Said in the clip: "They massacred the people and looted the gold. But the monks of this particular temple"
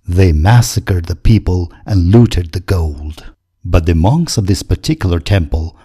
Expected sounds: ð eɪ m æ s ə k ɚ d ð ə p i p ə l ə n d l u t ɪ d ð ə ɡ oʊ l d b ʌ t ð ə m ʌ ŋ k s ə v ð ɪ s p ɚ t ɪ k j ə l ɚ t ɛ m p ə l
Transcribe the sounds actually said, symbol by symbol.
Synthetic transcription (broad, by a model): ð eɪ m æ s ə k ɚ d ð ə p i p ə l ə n l u t ɪ d ð ə ɡ oʊ l d b ʌ t ð ə m ʌ ŋ k s ə v ð ɪ s p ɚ t ɪ k j l ɚ t ɛ m p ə l